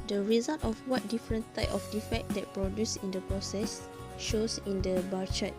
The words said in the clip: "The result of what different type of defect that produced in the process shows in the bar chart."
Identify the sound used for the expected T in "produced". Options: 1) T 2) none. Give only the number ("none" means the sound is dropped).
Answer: 2